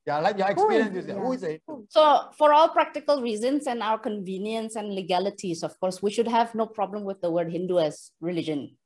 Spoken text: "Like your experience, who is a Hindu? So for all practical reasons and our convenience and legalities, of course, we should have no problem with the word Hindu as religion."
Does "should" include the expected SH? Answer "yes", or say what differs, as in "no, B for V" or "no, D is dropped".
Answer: yes